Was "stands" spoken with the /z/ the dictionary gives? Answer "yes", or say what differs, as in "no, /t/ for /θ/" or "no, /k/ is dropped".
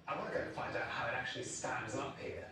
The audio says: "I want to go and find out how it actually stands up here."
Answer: yes